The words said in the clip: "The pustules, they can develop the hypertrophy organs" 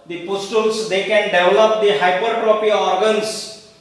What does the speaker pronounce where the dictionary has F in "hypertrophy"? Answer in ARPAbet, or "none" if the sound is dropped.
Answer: P